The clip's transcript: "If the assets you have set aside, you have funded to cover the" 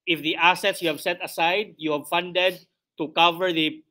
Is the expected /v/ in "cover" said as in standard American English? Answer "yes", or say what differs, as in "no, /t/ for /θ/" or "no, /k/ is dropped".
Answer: yes